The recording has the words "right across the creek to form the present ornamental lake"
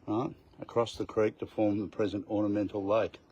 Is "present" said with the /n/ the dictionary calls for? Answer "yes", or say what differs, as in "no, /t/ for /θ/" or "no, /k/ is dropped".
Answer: yes